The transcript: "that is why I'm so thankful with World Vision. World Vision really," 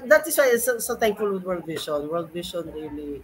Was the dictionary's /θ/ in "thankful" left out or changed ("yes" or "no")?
yes